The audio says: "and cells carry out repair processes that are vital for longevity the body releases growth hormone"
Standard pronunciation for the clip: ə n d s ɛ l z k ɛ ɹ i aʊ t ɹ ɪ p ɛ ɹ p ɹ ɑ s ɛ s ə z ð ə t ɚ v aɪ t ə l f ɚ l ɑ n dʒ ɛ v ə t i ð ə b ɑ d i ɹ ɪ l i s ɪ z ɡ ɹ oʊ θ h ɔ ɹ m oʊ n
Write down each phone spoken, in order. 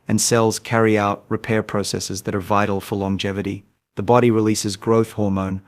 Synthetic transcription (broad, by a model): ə n s ɛ l z k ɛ ɹ i aʊ t ɹ ɪ p ɛ ɹ p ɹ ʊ s ɛ s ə z ð ə t ɚ v aɪ t l f ɚ l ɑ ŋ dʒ ɛ v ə t i ð ə b ɑ d i ɹ ɪ l i s ɪ z ɡ ɹ oʊ θ h ɔ ɹ m oʊ n